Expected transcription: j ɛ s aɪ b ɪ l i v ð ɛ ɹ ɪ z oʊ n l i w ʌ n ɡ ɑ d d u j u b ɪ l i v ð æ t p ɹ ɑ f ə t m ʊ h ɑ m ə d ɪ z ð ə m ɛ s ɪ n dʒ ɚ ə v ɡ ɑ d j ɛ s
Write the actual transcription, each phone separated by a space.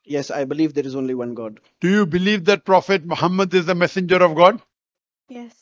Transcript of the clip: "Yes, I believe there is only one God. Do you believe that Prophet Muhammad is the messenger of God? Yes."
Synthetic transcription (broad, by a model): j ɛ s aɪ b ɪ l i v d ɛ ɹ ɪ z oʊ n l i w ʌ n ɡ ɑ d d u j u b ɪ l i v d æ t p ɹ ɑ f ə t m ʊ h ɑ m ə d ɪ z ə m ɛ s ɪ n dʒ ɚ ə v ɡ ɑ d j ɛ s